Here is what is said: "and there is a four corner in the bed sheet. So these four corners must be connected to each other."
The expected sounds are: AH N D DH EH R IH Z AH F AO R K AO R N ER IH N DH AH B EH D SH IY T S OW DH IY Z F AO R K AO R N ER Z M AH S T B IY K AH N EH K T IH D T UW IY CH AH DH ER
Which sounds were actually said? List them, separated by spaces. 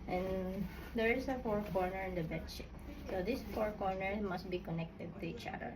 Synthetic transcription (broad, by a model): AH N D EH R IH S AH F AO R K AO R N ER IH N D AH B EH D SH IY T S OW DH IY S F AO R K AO R N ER M AH S T B IY K AH N EH K T IH D T UW IY CH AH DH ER